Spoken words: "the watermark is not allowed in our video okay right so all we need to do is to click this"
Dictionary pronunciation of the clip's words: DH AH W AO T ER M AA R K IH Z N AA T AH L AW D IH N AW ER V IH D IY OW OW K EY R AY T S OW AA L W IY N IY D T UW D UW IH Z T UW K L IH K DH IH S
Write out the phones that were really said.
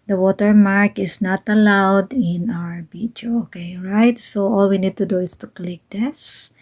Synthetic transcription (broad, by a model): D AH W AO T ER M AA R K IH S N AA T AH L AW D IH N AW ER B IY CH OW OW K EY R AY T S OW AA L W IY N IY D T UW D UW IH S T UW K L IH K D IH S